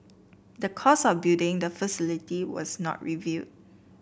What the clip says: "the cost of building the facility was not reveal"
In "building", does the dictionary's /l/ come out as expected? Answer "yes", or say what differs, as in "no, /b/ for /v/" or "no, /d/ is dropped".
no, /l/ is dropped